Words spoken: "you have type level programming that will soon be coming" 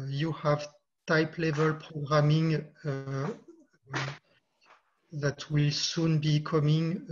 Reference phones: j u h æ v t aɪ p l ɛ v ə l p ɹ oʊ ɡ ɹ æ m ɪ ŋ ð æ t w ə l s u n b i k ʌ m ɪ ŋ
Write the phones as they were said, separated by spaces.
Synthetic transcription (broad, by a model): j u h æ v t aɪ p l ɛ v ə l p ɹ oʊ ɡ ɹ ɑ m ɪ ŋ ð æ t w ə l s u n b i k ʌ m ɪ ŋ